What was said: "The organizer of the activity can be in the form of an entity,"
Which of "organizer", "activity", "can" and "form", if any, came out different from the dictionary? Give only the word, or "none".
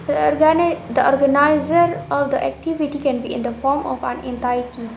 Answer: none